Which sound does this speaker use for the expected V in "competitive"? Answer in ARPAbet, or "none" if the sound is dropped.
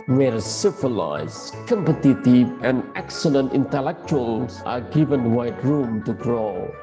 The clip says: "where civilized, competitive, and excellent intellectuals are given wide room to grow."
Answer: none